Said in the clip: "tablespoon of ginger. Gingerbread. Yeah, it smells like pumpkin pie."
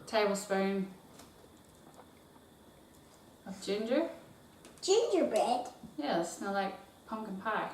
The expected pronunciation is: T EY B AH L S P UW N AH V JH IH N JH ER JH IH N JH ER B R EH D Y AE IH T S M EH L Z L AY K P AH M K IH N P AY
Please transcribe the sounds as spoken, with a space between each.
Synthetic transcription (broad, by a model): T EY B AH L S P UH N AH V JH IH N JH ER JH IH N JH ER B EH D Y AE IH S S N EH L L AY K P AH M K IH N P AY